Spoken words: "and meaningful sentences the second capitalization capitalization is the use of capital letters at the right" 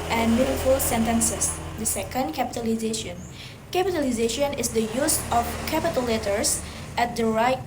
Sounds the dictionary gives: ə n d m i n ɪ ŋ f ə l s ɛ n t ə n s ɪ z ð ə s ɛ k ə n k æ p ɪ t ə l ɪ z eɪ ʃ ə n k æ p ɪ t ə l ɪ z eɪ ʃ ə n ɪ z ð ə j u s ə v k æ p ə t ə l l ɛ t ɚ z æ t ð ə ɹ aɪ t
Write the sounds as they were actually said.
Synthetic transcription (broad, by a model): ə n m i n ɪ f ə l s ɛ n t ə n s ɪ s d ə s ɛ k ə n k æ p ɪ t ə l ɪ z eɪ ʃ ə n k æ p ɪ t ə l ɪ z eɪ ʃ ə n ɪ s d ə j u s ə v k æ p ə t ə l l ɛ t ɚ s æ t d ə ɹ aɪ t